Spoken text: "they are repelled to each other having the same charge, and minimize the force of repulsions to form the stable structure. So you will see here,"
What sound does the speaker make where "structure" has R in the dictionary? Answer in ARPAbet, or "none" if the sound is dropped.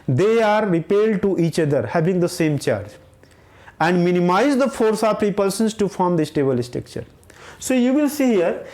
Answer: none